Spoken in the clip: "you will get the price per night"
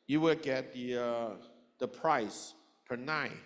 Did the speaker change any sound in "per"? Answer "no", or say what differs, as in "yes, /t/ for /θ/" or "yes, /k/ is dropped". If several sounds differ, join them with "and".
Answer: no